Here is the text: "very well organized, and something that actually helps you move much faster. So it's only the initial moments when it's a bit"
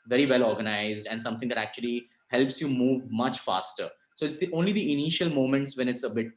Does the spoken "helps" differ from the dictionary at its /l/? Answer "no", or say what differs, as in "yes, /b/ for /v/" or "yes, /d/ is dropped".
no